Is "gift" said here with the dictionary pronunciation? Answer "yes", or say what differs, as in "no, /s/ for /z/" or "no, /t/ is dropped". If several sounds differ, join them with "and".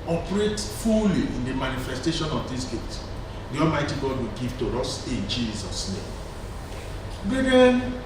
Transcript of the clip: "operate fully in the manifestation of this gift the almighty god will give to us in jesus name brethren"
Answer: no, /f/ is dropped